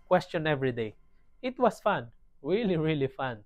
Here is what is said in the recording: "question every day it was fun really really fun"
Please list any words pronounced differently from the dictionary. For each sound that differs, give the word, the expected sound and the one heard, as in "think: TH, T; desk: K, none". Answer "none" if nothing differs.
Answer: was: Z, S